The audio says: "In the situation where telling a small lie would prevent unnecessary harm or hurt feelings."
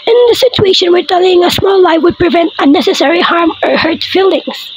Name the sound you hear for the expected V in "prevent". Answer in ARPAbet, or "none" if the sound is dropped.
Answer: V